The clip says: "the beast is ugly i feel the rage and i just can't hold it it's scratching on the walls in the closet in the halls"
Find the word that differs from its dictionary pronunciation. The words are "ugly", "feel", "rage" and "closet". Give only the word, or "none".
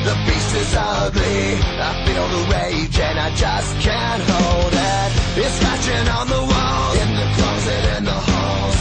feel